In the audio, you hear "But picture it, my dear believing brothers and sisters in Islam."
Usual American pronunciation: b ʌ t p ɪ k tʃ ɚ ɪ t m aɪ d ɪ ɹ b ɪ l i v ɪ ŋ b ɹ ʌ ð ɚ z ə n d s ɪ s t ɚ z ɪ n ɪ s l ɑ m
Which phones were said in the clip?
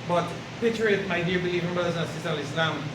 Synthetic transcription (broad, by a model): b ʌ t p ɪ tʃ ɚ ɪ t m aɪ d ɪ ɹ b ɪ l i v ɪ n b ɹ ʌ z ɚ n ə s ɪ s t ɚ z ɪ l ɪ s l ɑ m